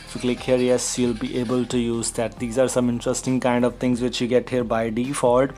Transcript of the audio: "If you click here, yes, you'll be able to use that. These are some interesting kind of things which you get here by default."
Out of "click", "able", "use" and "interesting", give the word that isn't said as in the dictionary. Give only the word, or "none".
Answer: none